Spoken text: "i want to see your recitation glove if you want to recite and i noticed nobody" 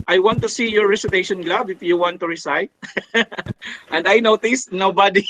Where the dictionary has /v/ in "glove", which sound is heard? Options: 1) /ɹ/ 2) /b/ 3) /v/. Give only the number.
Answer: 2